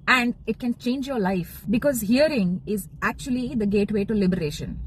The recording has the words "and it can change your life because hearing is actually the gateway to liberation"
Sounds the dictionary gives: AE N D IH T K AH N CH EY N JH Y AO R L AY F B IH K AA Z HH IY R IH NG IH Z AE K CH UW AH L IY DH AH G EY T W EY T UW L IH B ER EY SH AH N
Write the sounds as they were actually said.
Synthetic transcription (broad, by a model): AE N D IH T K AH N CH EY N JH Y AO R L AY F B IH K AA Z HH IY R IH NG IH Z AE K CH UW AH L IY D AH G EY T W EY T UW L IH B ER EY SH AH N